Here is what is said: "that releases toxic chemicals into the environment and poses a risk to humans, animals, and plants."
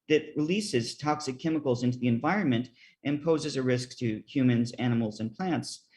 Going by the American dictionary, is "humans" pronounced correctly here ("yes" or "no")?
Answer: yes